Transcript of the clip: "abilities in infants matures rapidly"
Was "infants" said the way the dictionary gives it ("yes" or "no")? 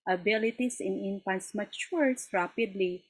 no